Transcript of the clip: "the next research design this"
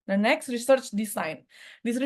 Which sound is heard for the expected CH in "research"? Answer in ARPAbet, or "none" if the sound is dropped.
CH